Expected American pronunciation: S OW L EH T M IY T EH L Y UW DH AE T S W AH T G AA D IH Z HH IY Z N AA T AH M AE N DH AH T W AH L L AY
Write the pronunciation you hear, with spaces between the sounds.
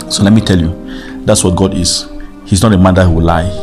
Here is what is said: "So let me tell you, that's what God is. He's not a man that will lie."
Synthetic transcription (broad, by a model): S OW L EH T M IY T EH L Y UW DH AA T S W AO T G AA D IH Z HH IY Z N AA T AH M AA N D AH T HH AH W L AY